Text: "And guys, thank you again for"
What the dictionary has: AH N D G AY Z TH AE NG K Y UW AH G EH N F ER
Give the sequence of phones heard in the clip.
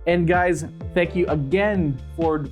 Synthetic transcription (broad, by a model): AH N G AY Z TH AE NG K Y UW AH G EH N F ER